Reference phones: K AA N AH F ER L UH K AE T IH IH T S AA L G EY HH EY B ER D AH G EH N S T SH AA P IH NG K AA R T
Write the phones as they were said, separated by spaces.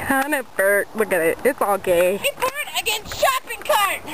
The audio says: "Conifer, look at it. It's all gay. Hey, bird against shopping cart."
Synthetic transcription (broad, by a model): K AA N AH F ER W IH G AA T IH IH T S AA L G EY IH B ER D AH G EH N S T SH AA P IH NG K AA R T